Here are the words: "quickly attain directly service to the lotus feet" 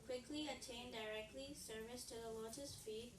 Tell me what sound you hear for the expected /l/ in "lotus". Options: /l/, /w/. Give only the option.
/w/